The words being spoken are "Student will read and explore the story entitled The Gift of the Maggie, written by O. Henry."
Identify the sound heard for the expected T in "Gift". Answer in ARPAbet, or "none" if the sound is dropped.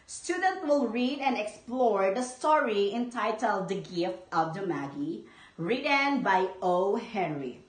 T